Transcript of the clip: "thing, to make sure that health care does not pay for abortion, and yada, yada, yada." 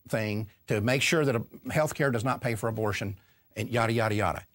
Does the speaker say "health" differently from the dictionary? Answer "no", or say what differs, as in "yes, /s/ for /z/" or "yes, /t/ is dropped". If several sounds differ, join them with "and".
no